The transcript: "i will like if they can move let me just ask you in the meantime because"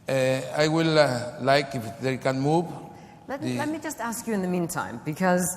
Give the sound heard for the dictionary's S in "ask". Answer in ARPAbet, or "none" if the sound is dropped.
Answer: S